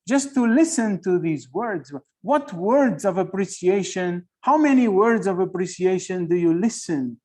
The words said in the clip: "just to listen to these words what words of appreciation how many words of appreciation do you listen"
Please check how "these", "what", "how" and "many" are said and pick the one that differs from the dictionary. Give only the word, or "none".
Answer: none